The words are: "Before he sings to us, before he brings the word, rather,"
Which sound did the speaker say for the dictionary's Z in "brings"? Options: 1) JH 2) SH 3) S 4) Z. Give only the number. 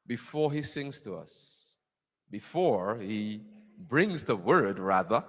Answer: 4